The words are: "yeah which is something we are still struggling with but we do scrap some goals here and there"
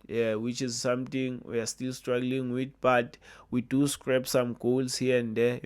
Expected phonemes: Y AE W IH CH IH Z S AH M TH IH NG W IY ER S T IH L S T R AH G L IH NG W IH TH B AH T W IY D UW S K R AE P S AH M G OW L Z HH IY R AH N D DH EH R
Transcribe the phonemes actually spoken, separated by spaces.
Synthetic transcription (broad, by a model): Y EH W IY CH IH Z S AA M T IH NG W IY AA S T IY L S T R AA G L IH NG W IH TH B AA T W IY D UW S K R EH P S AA M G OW L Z HH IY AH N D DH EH